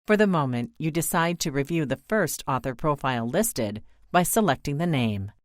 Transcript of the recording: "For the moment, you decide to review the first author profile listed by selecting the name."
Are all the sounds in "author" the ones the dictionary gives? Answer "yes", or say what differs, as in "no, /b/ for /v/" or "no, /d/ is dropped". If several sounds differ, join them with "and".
yes